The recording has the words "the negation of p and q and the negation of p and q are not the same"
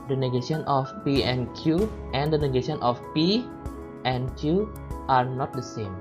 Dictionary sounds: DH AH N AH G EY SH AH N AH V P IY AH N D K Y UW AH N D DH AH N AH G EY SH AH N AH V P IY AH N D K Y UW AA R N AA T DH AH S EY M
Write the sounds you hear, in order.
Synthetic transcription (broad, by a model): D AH N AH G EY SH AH N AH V P IY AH N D K Y UW AH N D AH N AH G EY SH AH N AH F P IY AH N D K Y UW AA R N AA T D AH S EY M